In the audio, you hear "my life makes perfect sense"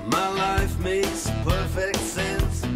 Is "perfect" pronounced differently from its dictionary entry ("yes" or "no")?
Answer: no